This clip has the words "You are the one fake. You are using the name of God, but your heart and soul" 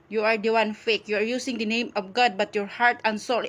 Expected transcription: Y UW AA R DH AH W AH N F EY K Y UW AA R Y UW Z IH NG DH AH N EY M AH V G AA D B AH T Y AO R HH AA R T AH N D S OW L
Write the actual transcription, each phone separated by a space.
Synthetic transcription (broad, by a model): Y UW AA R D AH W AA N F EY K Y UW AA R Y UW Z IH NG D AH N EY M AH F G AA D B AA T Y AO R HH AA R T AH N S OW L